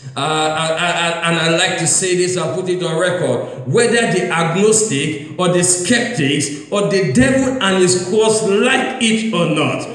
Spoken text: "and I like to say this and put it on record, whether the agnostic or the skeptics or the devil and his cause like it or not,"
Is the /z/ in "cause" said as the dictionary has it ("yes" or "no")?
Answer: no